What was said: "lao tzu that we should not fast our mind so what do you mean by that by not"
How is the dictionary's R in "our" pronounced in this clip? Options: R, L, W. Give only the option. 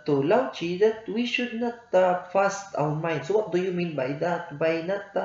W